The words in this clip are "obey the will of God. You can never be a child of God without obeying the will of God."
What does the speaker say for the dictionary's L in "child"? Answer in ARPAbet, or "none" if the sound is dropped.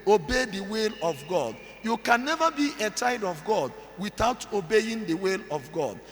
none